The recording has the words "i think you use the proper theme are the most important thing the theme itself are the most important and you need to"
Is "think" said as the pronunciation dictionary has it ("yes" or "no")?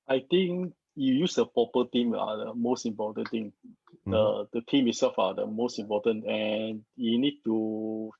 no